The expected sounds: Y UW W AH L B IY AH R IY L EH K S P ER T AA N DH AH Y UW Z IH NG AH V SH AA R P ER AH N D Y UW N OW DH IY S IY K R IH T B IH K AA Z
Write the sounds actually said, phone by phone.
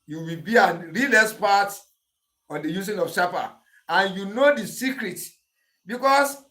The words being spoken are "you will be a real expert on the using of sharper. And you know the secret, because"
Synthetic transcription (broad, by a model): Y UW W AH L B IY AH R IY L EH S P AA T AA N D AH Y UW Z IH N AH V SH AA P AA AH N Y UW N OW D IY S IY K R IH T B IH K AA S